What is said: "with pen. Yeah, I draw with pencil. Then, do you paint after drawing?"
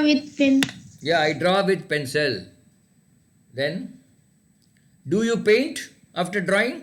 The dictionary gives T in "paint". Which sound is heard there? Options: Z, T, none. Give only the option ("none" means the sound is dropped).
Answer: T